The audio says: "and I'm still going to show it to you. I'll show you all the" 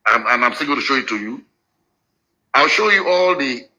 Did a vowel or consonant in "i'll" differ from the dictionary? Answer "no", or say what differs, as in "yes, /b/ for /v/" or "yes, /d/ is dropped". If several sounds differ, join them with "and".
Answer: no